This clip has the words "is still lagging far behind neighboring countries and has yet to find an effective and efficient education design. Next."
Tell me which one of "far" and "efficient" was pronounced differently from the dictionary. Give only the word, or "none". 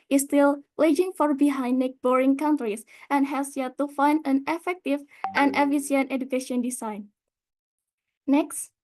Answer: efficient